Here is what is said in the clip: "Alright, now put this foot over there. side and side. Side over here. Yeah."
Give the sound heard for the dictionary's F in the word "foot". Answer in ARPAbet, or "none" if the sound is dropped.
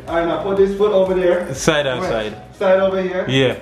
F